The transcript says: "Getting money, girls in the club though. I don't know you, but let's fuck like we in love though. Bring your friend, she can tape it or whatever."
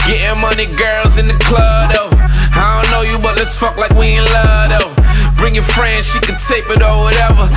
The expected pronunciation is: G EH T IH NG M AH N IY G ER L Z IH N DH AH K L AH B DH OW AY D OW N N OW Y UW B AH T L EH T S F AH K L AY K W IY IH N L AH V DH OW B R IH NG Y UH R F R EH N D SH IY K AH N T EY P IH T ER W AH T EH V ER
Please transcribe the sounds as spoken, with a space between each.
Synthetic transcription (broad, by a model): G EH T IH M AH N IY G ER L Z IH N DH AH K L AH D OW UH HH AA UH N OW Y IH B AH T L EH T S F AH K L AY K W IY IH N L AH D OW B R IH NG Y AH R F R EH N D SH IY K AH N T EY P IH T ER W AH T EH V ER